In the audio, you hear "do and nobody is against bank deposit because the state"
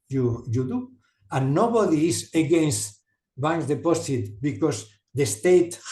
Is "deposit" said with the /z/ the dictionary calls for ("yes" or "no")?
no